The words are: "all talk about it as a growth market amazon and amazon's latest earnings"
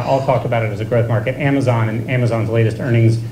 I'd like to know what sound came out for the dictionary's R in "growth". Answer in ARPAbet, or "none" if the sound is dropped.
R